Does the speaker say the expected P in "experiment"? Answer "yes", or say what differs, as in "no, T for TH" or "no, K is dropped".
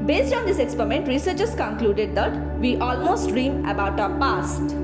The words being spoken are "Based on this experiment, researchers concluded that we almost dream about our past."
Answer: yes